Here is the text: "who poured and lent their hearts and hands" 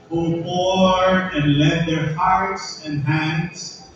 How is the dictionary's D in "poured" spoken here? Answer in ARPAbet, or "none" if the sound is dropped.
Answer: none